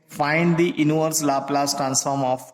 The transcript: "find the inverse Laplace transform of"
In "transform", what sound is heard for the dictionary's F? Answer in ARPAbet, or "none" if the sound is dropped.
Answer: F